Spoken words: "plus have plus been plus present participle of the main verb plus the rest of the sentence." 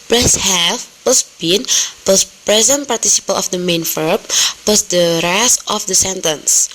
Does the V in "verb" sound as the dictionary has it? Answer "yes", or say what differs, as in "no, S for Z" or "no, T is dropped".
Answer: no, F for V